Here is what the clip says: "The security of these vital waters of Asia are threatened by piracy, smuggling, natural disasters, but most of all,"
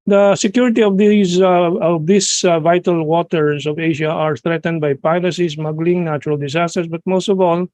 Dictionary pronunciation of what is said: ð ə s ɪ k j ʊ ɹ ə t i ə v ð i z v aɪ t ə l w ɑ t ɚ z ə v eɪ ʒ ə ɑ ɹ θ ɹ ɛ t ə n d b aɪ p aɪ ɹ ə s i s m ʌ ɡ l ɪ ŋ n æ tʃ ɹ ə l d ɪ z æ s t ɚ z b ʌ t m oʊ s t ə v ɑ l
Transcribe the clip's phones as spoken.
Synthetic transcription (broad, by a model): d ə s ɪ k j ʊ ɹ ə t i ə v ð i s v aɪ t ə l w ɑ t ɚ s ə v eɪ ʃ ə ɑ ɹ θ ɹ ɛ t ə n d b aɪ p aɪ l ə s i s m ʌ ɡ l ɪ ŋ n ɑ tʃ ɹ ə l d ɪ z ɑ s t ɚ s b ʌ t m oʊ s t ə v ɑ l